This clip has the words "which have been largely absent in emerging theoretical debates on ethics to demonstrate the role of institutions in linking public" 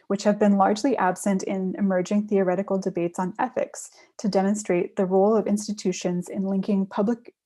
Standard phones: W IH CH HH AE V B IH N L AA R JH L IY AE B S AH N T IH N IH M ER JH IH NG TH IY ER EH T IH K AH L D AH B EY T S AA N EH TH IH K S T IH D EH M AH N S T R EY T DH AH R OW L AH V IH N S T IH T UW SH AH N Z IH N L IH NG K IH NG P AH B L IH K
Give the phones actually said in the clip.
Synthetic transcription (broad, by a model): W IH CH HH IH V B IH N L AA R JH L IY AE B S AH N T IH N IH M ER JH IH NG TH IY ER EH T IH K L D AH B EY T S N EH TH IH K S T IH D EH M AH N S T R EY T DH AH R OW L AH V IH N S T IH T UW SH AH N Z IH N L IH NG K IH NG P AH B L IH K